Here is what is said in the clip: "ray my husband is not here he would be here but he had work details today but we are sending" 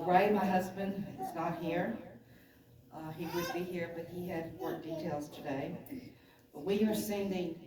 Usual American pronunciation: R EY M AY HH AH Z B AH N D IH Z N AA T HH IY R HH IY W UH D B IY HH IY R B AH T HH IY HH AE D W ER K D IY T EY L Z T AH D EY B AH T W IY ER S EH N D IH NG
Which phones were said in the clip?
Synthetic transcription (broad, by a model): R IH M AY HH AH Z B AH N D IH Z N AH T HH IY R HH IY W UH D B IY HH IY R B AH T HH IY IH D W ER D IY T EY L Z T AH D EY B AH T W IY ER S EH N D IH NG